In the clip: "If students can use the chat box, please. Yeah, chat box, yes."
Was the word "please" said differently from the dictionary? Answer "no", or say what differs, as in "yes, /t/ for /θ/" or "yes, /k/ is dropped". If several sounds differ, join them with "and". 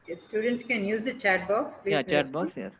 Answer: yes, /z/ is dropped